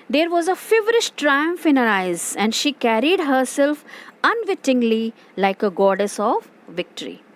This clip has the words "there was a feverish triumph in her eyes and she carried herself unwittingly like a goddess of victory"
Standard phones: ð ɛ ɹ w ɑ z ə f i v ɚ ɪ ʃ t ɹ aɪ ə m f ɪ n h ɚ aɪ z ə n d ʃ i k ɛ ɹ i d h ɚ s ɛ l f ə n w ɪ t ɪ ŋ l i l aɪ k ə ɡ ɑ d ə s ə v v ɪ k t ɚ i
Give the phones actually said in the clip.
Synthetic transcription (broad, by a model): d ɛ ɹ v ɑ z ə f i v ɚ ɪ ʃ t ɹ aɪ ə m f ɪ n h ɚ aɪ z ə n d ʃ i k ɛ ɹ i d h ɚ s ɛ l f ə n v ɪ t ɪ ŋ l i l aɪ k ə ɡ ɑ d ə s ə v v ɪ k t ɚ i